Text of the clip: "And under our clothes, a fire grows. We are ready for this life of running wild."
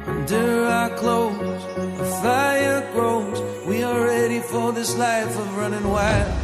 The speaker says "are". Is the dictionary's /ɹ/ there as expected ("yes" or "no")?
no